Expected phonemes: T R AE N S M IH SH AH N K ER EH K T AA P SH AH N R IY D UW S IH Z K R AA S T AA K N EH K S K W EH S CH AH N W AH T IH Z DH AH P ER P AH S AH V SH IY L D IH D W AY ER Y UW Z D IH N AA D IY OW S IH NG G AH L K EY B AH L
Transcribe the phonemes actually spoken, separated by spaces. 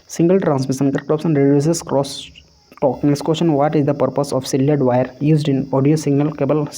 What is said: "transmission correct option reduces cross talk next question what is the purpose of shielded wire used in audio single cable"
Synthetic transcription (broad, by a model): T R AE N S M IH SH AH N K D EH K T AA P S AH N R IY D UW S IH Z K R AA S T AA K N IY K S K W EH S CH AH N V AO T IH Z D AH P ER P AH S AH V S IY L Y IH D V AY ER Y UW Z D IH N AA D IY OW S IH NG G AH L K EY B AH L